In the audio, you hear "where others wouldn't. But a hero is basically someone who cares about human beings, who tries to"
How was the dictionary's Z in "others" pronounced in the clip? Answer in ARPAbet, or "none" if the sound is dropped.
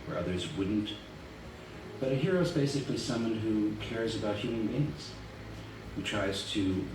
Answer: Z